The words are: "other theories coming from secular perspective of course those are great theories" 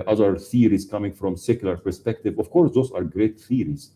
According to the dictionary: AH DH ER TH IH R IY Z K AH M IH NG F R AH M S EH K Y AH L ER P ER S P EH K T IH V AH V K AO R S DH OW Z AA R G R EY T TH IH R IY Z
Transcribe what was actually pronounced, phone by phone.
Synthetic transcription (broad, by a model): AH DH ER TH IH R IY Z K AH M IH NG F R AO M S EH K Y AH L ER P ER S P EH K T IH V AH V K AO R S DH OW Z AA R G R EY T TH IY R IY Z